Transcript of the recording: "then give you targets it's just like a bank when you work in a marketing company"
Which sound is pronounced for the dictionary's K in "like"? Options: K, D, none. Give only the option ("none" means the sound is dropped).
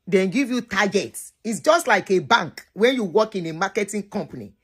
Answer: K